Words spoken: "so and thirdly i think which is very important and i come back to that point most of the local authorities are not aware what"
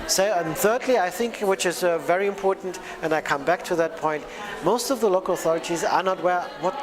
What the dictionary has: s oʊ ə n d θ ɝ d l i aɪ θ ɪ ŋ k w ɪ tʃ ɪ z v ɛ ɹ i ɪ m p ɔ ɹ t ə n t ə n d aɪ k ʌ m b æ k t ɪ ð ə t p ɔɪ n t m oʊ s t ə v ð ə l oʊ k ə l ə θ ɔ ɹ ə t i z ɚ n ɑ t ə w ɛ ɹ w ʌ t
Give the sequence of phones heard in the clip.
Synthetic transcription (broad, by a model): s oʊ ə n θ ɝ d l i aɪ θ ɪ ŋ k w ɪ tʃ ɪ z v ɛ ɹ i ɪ m p ɔ ɹ t n t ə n aɪ k ʌ m b æ k t ɪ ð ə t p ɔɪ n t m oʊ s t ə v ð ə l oʊ k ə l ə θ ɔ ɹ ə t i z ɚ n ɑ t w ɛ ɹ w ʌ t